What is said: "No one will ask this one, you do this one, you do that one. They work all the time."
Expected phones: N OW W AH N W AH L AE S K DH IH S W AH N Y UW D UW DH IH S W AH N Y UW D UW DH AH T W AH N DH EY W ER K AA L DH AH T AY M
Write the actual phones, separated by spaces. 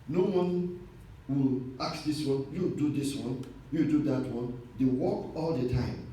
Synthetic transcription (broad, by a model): N OW W AH N W AH L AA K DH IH S W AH N Y UW D UW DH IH S W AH N Y UW D UW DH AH T W AH N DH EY W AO K AA L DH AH T AY M